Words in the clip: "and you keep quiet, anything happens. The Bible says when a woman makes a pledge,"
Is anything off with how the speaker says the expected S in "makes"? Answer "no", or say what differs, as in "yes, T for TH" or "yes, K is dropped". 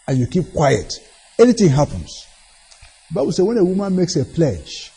no